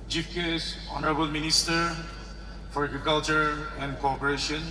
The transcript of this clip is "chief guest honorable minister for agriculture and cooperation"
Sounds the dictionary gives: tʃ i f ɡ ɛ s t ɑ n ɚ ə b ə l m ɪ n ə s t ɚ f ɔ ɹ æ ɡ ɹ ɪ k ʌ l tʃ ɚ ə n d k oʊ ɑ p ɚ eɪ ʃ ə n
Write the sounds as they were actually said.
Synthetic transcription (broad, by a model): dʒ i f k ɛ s ɑ n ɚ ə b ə l m ɪ n ə s t ɚ f ɔ ɹ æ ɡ ɹ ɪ k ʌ l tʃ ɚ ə n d k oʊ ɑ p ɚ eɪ ʃ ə n